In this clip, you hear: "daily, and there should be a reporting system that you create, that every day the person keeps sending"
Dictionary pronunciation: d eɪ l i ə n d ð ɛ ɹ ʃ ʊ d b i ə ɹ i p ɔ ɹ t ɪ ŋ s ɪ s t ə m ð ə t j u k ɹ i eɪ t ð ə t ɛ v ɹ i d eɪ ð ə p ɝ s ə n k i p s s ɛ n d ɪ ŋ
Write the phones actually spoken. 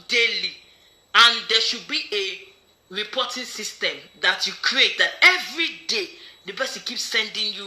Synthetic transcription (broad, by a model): d eɪ l i ə n d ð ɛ ʃ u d b i ə ɹ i p ɔ t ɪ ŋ s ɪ s t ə m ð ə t j u k ɹ i eɪ t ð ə t ɛ v ɹ i d eɪ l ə b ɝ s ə k i p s s ɛ n d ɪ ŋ